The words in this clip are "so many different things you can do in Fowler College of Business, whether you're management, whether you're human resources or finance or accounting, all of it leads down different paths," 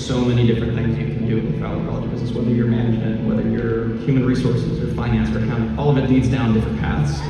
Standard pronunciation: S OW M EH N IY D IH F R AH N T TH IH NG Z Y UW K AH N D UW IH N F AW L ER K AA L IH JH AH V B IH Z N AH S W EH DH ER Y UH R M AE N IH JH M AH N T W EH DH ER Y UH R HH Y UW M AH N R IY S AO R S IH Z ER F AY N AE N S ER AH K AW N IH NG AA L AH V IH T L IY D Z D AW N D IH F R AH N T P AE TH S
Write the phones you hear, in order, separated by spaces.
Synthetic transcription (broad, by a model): S OW M EH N IY D IH F R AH N TH IH NG Z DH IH K N D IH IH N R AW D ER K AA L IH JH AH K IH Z AH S W EH DH ER Y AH R M AE N IH JH M AH N T W EH DH ER Y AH R HH Y UW M AH N R IY S AO R S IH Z ER F AY N AE N S ER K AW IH AA L AH V IH T L IY D Z D AW N D IH F R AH N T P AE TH S